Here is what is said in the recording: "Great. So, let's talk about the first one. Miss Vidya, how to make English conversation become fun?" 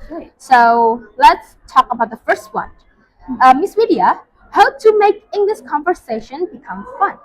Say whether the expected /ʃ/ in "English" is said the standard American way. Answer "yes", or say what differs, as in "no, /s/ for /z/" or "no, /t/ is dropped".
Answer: no, /s/ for /ʃ/